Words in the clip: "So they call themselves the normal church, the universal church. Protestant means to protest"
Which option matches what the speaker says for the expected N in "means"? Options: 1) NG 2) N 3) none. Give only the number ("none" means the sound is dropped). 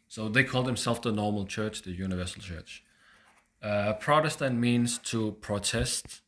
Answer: 2